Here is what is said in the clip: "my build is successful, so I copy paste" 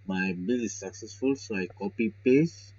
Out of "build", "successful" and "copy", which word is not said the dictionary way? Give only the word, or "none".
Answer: build